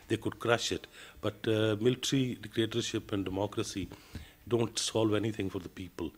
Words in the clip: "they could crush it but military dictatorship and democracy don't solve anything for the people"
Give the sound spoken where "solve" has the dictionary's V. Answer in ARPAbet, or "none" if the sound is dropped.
V